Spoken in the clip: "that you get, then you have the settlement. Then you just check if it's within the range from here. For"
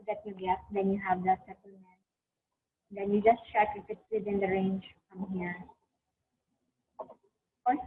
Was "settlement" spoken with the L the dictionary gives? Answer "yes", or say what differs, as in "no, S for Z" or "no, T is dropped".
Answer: no, L is dropped